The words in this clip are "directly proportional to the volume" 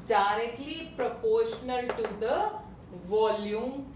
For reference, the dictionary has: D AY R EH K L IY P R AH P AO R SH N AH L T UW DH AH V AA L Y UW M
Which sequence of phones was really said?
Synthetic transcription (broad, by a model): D AY R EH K L IY P R AH P AO R SH N AH L T UW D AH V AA L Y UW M